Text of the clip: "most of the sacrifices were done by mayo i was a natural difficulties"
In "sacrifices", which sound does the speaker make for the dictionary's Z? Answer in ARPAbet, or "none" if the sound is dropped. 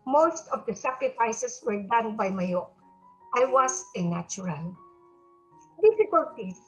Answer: S